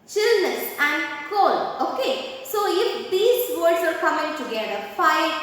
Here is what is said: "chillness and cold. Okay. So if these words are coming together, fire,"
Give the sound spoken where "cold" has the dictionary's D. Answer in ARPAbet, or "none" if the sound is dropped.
none